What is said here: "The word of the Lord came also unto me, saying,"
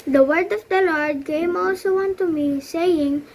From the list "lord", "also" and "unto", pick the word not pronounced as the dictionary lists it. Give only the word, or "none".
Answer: none